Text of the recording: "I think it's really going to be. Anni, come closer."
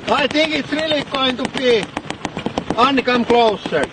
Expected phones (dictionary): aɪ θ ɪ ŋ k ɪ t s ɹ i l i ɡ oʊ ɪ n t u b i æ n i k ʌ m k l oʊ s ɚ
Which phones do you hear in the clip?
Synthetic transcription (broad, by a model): aɪ t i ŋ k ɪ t ɹ i l i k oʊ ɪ n t u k i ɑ n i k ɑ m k l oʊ s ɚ